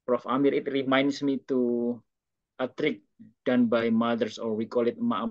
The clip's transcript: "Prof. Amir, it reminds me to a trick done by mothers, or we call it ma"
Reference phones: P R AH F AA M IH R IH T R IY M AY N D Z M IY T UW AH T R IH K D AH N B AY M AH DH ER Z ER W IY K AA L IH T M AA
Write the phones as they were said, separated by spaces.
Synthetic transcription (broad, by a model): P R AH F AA M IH R IH T R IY M AY N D S M IY T UW AH T R IH K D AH N B AY M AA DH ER S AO W IY K AA L IH T M AA